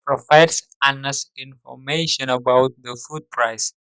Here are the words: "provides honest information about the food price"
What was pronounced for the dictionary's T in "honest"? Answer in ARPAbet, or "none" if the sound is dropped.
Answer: none